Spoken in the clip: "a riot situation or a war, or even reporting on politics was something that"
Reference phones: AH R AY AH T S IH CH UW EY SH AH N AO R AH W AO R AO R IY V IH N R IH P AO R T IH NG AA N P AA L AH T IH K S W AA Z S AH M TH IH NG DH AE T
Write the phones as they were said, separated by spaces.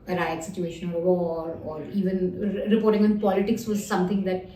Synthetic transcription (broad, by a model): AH R AY AH T S IH CH UW EY SH AH N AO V AH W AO R AO R IY V IH N R IH P AO R T IH NG AA N P AA L AH T IH K S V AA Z S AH M T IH NG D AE T